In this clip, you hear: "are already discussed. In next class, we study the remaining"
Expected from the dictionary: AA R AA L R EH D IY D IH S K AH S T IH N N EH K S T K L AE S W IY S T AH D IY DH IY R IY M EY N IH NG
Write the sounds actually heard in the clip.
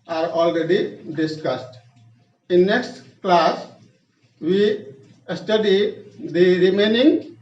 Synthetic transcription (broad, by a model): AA R AA L R EH D IY D IH S K AH S T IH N N EH K S T K L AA S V IY S T AH D IY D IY R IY M EY N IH NG